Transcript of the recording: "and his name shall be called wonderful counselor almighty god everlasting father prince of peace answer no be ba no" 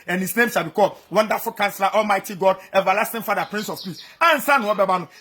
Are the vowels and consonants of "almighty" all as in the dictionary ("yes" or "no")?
yes